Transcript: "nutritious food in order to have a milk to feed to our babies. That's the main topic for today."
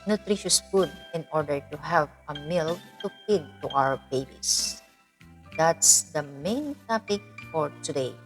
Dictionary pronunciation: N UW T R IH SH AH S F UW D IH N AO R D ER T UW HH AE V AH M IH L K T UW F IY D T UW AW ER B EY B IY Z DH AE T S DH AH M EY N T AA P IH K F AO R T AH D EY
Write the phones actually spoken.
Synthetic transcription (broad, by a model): N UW T R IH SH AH S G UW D IH N AO R D ER T UW HH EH P AH M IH L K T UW P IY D T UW AW ER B EY B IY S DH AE T S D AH M EY N T AA P IH K F AO R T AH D EY